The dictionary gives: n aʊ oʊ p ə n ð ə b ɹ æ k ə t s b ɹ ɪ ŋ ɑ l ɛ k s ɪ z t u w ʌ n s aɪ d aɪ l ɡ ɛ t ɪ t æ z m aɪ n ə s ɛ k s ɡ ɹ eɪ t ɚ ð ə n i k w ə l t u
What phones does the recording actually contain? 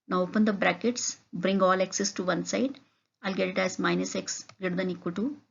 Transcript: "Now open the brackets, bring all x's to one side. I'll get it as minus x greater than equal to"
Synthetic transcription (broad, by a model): n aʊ oʊ p ə n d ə b ɹ æ k ə t s b ɹ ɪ ŋ ɑ l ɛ k s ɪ s t u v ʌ n s aɪ d aɪ l ɡ ɛ t ɪ t æ z m aɪ n ə s ɛ k s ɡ eɪ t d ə n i k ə t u